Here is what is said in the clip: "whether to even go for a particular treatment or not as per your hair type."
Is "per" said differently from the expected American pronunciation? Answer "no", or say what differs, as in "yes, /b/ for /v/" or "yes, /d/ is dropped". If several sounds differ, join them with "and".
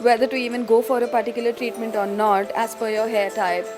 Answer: yes, /f/ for /p/